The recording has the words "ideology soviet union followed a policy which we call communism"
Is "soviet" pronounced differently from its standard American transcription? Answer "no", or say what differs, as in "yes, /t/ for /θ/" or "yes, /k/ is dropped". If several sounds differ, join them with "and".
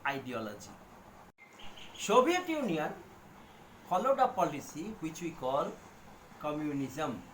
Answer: yes, /b/ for /v/